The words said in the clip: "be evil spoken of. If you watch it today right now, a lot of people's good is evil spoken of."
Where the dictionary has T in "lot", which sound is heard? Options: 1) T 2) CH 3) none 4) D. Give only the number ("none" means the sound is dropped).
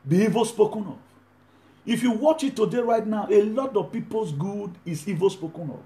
1